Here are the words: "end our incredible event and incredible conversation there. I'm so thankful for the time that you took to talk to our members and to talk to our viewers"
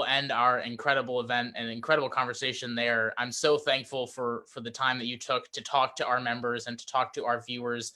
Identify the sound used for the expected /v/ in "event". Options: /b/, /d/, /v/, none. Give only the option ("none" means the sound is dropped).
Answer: /v/